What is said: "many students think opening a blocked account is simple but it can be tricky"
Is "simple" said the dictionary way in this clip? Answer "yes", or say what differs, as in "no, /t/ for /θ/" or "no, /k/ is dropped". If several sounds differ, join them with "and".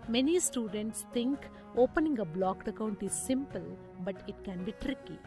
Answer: yes